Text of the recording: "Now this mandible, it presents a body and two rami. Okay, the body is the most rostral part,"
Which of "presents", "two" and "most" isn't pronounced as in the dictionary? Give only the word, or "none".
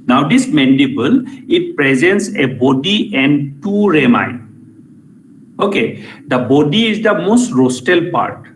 none